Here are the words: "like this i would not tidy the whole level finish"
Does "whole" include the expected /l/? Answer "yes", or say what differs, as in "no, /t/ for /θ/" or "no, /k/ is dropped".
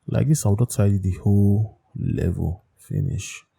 yes